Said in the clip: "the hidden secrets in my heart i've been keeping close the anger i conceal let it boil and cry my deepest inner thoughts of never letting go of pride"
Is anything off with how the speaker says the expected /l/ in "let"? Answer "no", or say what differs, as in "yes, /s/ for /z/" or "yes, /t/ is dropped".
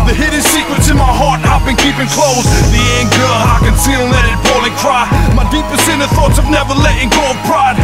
yes, /n/ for /l/